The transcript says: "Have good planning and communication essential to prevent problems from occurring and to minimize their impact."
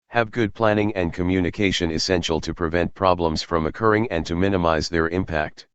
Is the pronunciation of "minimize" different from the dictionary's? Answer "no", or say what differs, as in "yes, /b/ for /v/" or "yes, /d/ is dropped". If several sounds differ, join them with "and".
no